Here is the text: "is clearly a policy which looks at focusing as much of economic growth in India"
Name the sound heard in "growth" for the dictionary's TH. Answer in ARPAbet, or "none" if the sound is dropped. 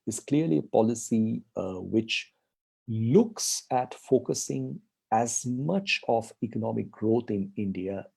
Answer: T